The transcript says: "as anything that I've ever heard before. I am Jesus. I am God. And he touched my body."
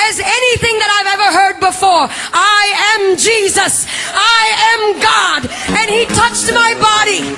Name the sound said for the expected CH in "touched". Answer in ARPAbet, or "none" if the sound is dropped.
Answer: CH